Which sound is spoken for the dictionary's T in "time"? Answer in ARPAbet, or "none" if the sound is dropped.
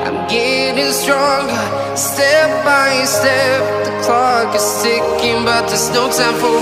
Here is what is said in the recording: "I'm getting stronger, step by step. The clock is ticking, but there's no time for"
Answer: S